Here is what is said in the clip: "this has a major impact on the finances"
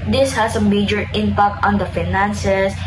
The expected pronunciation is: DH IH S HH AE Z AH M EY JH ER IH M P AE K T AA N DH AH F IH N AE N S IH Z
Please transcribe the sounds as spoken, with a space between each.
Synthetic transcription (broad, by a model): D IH S HH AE S AH M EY JH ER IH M P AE K T AA N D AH F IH N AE N S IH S